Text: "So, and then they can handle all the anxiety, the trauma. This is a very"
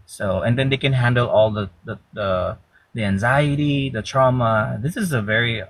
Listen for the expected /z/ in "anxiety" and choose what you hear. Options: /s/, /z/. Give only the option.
/z/